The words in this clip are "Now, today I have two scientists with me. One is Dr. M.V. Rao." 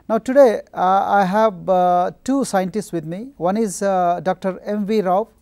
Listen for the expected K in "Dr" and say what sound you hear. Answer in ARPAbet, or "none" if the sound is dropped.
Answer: K